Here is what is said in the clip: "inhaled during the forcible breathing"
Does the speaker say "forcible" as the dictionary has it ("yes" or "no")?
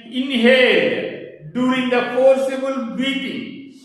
no